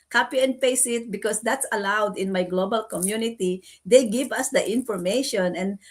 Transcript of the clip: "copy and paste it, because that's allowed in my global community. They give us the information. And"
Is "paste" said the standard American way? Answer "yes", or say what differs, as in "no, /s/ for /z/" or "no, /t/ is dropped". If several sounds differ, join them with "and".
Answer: no, /t/ is dropped